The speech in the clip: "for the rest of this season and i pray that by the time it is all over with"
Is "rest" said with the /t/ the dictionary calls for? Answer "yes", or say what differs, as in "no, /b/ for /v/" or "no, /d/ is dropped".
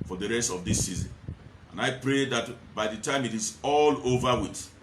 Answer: yes